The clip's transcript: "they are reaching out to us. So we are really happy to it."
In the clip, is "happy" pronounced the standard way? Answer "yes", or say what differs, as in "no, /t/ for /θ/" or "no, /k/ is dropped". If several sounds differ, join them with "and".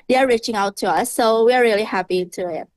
yes